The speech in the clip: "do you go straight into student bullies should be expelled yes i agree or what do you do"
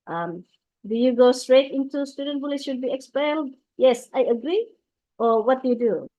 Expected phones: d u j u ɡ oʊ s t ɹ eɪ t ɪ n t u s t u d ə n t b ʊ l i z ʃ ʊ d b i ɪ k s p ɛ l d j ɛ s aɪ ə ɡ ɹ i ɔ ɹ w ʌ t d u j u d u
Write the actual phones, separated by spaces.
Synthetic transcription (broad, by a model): d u j u ɡ oʊ s t ɹ eɪ t ɪ n t u s t u d ə n t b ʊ l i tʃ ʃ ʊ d b i ɪ k s p ɛ l d j ɛ s aɪ ə ɡ ɹ i ɔ ɹ w ʌ t d u j u d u